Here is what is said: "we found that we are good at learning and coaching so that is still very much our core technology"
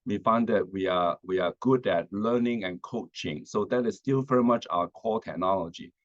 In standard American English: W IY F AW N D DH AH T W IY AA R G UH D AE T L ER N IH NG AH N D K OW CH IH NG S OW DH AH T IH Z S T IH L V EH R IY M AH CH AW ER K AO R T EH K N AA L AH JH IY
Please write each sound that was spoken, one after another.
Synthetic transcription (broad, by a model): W IY F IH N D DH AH T W IY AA W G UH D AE T L ER N IH NG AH N K OW CH IH NG S OW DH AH T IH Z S T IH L V EH R IY M AH CH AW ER K AO L T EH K N AA L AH JH IY